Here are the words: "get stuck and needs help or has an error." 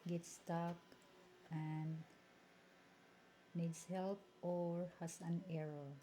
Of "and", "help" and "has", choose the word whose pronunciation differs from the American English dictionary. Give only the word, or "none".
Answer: has